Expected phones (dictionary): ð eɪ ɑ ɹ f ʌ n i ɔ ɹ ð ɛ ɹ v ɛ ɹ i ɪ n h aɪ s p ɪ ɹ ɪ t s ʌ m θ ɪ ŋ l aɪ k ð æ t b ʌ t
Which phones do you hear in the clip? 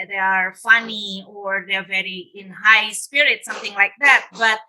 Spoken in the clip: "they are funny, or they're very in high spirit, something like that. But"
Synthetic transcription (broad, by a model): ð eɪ ɑ ɹ f ʌ n i ɔ ɹ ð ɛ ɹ v ɛ ɹ i ɪ n h aɪ s p ɪ ɹ ɪ t s ʌ m θ ɪ ŋ l aɪ k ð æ t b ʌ t